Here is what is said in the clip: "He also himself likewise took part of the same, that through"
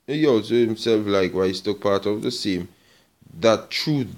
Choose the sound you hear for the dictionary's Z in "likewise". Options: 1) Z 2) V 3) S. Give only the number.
3